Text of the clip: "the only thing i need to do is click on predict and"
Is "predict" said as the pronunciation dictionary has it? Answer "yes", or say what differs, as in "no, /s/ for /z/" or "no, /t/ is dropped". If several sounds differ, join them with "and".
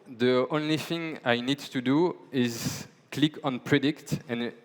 yes